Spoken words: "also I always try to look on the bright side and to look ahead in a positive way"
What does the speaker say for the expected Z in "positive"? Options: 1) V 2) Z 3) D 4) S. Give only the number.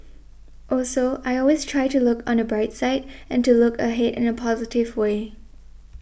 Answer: 2